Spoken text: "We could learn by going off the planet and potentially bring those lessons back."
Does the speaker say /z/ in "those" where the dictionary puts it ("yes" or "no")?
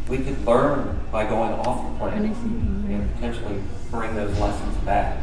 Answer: yes